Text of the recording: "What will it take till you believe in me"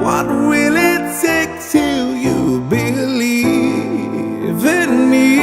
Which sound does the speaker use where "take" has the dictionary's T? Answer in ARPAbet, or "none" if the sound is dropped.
S